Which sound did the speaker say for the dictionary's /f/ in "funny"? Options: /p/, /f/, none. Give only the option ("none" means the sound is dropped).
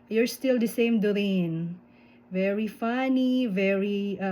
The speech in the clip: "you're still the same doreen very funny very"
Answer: /f/